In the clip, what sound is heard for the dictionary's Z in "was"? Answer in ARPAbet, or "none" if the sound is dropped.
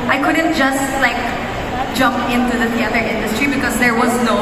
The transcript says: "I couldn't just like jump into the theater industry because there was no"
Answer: Z